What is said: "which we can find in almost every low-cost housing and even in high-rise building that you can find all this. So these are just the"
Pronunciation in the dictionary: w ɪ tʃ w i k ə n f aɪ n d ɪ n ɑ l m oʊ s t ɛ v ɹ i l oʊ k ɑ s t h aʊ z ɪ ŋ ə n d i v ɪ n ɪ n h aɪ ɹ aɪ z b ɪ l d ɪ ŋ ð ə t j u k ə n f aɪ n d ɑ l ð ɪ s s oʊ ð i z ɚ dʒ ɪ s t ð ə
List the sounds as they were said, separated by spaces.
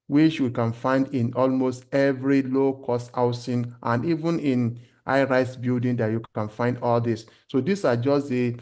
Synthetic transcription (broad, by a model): w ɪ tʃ w i k ə n f aɪ n d ɪ n ɑ l m oʊ s t ɛ v ɹ i l oʊ k ɑ s t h aʊ s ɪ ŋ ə n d i v ɪ n ɪ n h aɪ ɹ aɪ s b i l d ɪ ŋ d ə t j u k ə n f aɪ n d ɑ l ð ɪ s s oʊ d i s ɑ dʒ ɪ s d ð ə